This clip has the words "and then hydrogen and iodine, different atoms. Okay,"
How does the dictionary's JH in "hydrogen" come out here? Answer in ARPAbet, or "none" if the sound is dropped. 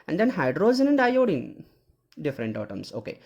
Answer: Z